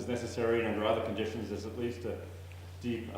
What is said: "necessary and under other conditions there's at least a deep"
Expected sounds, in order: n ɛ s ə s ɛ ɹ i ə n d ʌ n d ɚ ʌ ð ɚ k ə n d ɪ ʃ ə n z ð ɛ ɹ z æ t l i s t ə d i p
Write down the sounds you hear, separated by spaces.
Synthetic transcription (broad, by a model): n ɛ s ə s ɛ ɹ i ə n d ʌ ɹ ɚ ʌ ð ɚ k ə n d ɪ ʃ ə n z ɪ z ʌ t l i s t ə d i p